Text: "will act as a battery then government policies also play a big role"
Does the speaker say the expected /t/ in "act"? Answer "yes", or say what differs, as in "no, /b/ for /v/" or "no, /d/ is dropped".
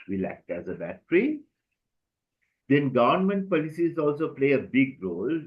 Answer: yes